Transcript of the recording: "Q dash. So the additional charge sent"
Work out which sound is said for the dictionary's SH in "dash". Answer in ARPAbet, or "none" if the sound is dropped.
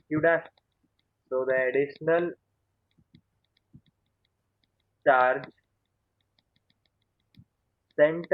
S